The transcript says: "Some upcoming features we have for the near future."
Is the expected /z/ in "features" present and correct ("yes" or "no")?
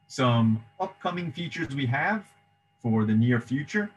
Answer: yes